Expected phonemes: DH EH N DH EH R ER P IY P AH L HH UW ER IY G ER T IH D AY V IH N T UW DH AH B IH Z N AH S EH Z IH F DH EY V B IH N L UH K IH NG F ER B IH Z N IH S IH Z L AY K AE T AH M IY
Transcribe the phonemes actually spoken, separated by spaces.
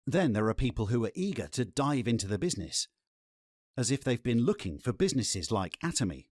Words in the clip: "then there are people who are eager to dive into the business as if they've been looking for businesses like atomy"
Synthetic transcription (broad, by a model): DH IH N DH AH R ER P IY P AH L HH UW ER IY G ER T IH D AY V IH N T UW DH AH B IH Z N AH S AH Z IH F DH EY V B IH N L UH K IH NG F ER B IH Z N IH S IH Z L AY K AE T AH M IY